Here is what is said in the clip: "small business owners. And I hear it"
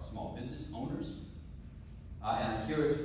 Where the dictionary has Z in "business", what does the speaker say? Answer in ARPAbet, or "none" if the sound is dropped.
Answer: Z